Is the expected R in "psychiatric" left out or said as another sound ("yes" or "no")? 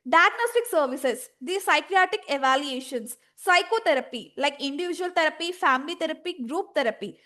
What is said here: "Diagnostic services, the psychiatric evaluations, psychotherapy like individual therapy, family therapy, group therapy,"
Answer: yes